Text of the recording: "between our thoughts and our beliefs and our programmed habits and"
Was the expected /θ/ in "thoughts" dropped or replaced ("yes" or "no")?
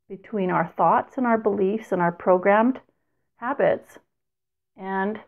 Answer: no